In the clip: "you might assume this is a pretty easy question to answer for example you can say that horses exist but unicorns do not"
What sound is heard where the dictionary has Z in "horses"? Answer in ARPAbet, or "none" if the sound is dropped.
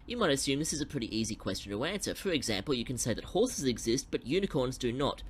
Z